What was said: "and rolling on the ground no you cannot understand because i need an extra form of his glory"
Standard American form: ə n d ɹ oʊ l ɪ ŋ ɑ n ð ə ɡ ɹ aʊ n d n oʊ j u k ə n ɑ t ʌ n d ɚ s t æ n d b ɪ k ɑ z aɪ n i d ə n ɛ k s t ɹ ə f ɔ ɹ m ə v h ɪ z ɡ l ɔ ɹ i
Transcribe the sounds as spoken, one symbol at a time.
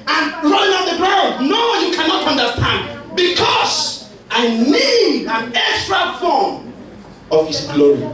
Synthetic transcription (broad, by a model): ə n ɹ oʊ ɪ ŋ ɑ n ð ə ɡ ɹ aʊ d n oʊ j u k ə n ɑ t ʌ n d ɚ s t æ n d b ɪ k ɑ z aɪ n i d ə n ɛ k s t ɹ ə f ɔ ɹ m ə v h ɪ s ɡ l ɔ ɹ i